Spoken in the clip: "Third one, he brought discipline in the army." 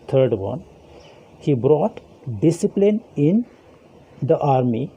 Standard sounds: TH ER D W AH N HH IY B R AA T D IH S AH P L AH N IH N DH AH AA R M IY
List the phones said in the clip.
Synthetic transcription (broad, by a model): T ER D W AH N HH IY B R AA T D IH S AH P L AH N IH N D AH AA R M IY